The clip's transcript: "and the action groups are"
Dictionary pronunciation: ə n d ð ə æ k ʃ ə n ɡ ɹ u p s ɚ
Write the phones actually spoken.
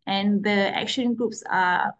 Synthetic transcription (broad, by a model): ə n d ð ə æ k ʃ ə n ɡ ɹ u p s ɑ